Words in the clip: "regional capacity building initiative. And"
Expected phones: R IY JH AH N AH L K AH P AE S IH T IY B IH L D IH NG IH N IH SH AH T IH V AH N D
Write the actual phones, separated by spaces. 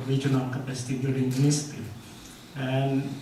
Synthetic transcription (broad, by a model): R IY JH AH N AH L K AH P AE S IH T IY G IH D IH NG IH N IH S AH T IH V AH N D